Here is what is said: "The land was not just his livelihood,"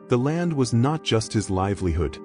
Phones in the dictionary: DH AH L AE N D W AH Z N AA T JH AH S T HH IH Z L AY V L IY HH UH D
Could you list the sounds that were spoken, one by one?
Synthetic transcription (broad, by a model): DH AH L AE N D W AH Z N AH T JH AH S T HH IH Z L AY V L IY HH UH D